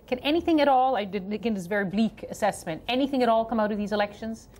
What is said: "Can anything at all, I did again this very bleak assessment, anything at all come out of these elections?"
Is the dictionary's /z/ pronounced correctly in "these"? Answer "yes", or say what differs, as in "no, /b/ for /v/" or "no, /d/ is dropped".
yes